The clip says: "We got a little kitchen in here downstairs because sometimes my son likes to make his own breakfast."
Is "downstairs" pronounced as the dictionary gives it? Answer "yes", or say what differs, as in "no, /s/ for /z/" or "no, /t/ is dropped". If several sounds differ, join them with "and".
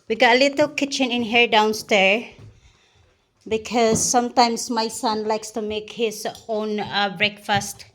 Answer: no, /z/ is dropped